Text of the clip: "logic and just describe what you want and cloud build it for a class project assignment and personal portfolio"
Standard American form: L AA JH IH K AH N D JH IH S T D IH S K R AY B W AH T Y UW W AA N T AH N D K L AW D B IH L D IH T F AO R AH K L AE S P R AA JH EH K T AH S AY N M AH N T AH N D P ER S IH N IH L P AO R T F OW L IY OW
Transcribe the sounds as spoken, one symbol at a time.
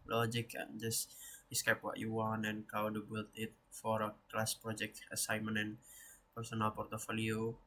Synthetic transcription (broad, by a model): L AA JH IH K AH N JH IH S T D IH S K AY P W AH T Y UW W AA N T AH N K AW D B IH L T IH T F AO R AH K L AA S P R AA JH EH K T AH S AY M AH N AH N P ER S IH N IH L P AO R T F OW L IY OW